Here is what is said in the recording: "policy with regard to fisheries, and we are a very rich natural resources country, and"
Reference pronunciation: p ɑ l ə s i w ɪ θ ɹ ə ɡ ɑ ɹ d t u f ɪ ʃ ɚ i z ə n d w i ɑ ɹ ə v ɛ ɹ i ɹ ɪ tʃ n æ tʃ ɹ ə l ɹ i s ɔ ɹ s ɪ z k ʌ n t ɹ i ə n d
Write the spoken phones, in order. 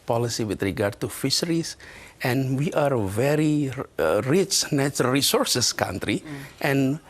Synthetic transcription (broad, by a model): p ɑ l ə s i w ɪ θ ɹ ə ɡ ɑ ɹ d t u f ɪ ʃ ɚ i s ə n w i ɑ ɹ ə v ɛ ɹ i ɹ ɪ tʃ n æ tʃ ə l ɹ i s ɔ ɹ s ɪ s k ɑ n t ɹ i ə n